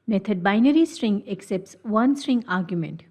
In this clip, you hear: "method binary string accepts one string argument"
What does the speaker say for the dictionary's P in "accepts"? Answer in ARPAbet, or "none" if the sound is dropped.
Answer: P